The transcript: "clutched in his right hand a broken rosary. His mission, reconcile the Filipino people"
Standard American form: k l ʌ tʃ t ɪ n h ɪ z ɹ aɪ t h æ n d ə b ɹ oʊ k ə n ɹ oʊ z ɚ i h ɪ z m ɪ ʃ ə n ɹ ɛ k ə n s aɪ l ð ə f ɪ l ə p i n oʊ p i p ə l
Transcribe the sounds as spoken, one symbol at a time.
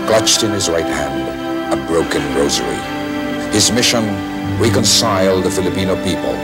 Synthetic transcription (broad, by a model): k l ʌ tʃ t ɪ n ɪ z ɹ aɪ t h æ n d ə b ɹ oʊ k ə n ɹ oʊ z ɚ i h ɪ z m ɪ ʃ ə n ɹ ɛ k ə n s aɪ l ð ə f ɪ l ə p i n oʊ p i p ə l